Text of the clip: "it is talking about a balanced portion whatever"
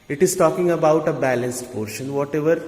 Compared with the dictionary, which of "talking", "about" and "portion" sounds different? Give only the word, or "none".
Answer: none